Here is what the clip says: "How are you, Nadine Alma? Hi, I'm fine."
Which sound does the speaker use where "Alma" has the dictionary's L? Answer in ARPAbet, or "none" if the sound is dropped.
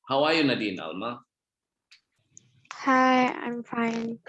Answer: L